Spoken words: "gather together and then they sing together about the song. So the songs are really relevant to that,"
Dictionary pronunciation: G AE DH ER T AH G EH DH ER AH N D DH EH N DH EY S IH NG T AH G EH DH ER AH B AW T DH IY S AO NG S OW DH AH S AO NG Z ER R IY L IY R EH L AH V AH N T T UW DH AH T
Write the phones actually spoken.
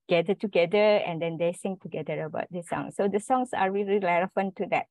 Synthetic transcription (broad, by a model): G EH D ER T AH G EH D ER AH N D EH N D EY S IH NG T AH G EH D ER AH B AW T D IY S AO NG S OW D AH S AO NG S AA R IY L IY L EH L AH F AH N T T UW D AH T